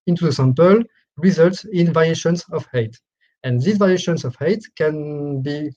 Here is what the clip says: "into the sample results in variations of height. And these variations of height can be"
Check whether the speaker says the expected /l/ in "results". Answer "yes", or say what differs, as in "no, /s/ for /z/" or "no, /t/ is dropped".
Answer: yes